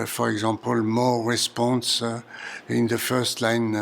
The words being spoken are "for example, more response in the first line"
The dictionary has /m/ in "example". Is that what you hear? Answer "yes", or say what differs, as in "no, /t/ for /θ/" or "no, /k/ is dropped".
no, /m/ is dropped